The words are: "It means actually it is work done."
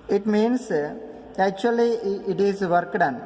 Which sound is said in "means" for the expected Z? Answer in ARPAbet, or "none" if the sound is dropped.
S